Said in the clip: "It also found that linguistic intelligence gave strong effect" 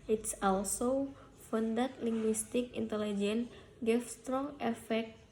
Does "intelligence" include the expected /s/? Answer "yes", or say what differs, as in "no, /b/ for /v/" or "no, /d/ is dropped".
no, /s/ is dropped